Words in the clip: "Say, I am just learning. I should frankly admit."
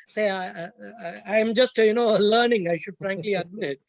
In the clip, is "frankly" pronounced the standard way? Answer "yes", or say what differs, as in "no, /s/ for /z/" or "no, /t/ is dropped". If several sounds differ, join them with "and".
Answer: yes